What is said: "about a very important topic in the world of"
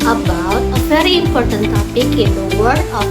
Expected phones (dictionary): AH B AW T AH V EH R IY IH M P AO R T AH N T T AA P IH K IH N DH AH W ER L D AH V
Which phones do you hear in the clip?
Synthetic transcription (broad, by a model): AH B AW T AH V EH R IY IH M P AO R T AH N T T AA P IH K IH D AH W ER D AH